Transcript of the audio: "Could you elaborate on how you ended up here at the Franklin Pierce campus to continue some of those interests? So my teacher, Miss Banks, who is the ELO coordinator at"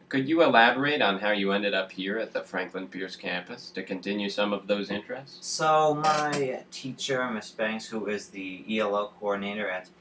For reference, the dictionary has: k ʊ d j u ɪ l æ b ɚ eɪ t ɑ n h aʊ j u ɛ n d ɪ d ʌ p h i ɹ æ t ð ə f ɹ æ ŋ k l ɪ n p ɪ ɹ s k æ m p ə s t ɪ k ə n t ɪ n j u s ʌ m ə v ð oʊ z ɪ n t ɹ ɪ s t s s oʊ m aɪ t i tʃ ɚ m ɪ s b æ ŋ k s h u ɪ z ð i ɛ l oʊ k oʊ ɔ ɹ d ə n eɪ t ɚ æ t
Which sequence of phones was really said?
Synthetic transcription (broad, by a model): k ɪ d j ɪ ɪ l æ b ɚ eɪ t n h aʊ j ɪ ɛ n d ɪ d ʌ p h i ɹ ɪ t ð ə f ɹ æ ŋ k l ɪ n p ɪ ɹ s k æ m p ə s t ɪ k ə n t ɪ n j u s ʌ m ə v ð oʊ z ɪ n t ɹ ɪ s t s s oʊ m aɪ t i tʃ ɚ m ɪ s b æ ŋ k s h u ɪ z ð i ɛ l oʊ k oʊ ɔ ɹ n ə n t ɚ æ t